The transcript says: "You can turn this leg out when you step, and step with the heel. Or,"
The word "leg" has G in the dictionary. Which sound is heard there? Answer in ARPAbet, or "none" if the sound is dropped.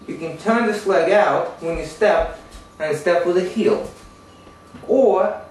G